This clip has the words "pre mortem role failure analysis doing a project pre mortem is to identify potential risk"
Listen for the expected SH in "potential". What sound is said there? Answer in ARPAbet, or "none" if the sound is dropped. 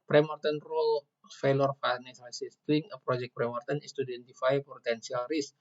S